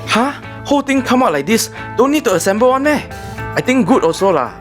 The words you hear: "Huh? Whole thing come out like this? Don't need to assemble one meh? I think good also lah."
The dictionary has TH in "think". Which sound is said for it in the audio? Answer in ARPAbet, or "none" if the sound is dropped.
T